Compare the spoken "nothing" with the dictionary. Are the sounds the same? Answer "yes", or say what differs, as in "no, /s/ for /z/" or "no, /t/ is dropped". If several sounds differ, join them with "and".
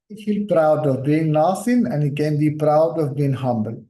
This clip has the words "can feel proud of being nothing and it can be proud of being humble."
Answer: no, /s/ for /θ/